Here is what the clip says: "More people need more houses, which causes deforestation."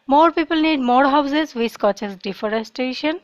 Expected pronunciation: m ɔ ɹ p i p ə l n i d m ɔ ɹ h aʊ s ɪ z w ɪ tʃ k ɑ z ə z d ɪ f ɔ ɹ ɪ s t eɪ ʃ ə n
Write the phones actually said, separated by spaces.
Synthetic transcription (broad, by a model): m ɔ ɹ p i p ə l n i d m ɔ ɹ h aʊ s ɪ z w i s k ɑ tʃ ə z d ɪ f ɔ ɹ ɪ s t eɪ ʃ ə n